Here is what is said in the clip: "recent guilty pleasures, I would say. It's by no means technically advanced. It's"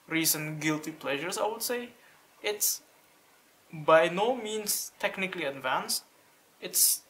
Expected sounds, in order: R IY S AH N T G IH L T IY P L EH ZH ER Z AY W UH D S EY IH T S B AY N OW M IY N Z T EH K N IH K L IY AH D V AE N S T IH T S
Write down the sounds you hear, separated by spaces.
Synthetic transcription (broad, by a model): R IY S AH N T G IH L T IY P L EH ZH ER S AY W UH D S EY IH T S B AY N OW M IY N S T EH K N IH K L IY AH D V AE N S T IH T S